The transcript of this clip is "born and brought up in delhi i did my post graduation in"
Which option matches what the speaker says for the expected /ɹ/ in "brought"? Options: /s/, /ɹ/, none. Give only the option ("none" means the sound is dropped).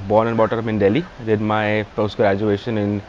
none